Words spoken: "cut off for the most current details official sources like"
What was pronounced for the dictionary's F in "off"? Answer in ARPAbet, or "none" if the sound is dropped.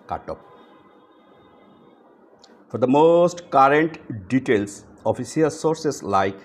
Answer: P